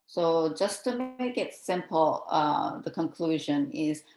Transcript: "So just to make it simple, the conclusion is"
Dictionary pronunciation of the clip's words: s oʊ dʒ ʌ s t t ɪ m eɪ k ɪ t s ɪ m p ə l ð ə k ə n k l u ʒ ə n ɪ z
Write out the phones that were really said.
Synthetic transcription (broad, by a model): s oʊ dʒ ʌ s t t ɪ m eɪ k ɪ t s ɪ m p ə ð ə k ə n k l u ʒ ə n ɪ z